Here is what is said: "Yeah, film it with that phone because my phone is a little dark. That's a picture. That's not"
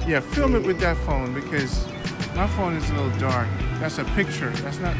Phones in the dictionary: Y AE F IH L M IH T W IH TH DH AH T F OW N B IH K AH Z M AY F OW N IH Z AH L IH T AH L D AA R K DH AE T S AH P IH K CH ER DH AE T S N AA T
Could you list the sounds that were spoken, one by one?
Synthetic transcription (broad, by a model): Y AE F IH L M IH T W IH DH AH T F OW N B IH K AH Z M AY F OW N IH Z AH L IH T L D AA R K DH AE T S AH P IH K CH ER DH AE T S N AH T